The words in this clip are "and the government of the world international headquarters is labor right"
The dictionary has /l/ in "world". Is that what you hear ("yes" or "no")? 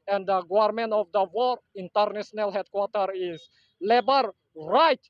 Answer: no